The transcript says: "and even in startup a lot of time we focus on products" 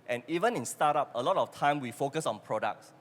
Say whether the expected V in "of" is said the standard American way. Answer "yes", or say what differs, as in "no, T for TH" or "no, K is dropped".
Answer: no, F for V